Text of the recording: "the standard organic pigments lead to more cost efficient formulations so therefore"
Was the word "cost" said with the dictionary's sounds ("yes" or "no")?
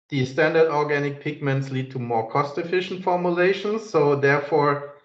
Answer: yes